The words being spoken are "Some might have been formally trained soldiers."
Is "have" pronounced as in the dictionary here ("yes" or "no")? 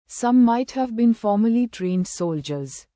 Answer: yes